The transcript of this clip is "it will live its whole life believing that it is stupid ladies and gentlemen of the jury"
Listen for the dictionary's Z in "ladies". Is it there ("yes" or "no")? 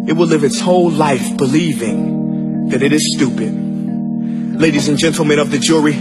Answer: yes